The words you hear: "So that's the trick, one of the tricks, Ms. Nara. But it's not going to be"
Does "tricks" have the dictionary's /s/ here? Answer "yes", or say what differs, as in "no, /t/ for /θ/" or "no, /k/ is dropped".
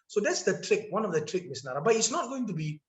no, /s/ is dropped